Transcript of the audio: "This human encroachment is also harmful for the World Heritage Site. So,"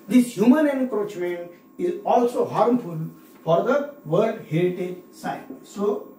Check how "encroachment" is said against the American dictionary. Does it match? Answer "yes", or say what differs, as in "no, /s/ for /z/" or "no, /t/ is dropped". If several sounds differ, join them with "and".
no, /t/ is dropped